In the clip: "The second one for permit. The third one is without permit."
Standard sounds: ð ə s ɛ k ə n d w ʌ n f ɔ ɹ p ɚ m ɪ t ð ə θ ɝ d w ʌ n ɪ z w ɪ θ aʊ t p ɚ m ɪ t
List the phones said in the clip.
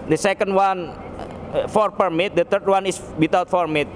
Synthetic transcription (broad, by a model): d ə s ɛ k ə n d w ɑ n f ɔ ɹ p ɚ m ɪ t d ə t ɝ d w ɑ n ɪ s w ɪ t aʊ t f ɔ m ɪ t